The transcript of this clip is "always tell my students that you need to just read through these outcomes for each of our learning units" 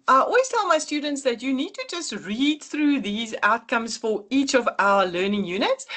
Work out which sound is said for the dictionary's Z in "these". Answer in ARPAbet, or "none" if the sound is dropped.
Z